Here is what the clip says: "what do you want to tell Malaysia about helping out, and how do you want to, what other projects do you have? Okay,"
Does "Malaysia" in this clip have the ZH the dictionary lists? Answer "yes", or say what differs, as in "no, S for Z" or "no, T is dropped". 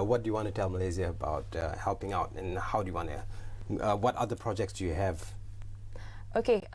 no, Z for ZH